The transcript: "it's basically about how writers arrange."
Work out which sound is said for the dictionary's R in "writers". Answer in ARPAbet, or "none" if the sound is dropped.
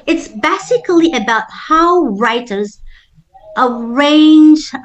R